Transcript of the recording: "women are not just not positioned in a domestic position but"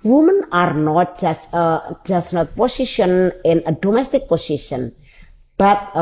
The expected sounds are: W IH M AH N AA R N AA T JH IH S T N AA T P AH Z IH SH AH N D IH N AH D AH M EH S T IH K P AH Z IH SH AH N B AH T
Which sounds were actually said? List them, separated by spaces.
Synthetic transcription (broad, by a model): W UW M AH N AA R N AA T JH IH S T N AA T P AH S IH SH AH N IH N AH D AH M EH S T IH K P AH S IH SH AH N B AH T